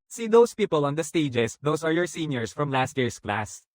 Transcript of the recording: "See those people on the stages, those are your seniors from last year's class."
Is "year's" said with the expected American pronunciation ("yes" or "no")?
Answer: no